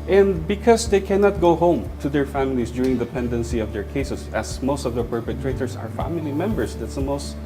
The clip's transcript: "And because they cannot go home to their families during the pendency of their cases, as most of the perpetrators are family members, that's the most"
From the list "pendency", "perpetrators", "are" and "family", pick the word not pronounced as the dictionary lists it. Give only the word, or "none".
perpetrators